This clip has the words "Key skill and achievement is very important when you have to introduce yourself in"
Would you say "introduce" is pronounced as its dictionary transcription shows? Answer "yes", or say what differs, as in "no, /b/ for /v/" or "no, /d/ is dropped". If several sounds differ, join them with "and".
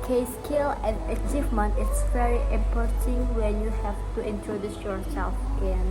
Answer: yes